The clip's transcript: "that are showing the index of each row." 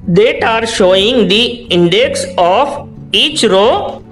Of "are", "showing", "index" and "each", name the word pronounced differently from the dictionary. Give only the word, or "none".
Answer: none